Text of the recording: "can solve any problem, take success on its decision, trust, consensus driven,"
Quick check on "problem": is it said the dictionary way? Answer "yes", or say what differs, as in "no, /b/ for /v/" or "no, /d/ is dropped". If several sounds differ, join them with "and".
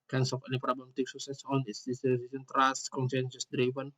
no, /l/ is dropped